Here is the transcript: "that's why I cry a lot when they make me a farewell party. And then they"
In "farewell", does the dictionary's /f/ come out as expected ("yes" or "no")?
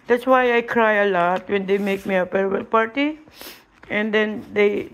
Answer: no